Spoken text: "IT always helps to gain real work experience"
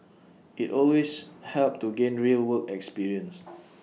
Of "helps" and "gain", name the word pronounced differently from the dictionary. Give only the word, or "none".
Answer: helps